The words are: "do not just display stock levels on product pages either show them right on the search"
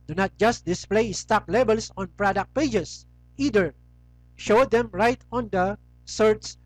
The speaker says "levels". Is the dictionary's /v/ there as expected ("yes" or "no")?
no